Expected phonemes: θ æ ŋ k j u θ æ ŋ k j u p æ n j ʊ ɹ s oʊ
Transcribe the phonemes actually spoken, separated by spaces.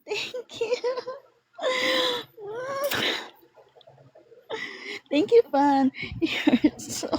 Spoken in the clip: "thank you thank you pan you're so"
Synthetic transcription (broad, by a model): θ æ ŋ k j u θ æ ŋ k j u f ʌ n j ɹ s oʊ